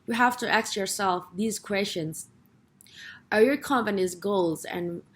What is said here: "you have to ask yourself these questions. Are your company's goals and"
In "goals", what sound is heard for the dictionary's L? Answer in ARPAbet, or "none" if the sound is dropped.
L